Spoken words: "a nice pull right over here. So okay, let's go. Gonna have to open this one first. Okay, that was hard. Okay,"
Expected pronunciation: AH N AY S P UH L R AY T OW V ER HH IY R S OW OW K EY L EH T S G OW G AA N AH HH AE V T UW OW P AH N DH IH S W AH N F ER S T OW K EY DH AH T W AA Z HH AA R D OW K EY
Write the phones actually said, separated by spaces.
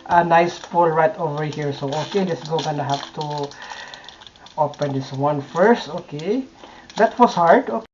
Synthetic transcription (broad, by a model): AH N AY S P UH L R AY T OW V ER HH IY R S OW OW K EY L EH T S G OW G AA N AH HH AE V T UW OW P AH N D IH S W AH N F ER S T OW K EY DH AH T W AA S HH AA R D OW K